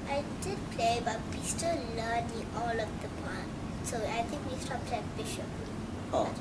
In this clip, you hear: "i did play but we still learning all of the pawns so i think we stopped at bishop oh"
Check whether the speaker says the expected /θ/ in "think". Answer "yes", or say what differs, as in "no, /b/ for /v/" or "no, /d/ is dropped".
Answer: no, /t/ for /θ/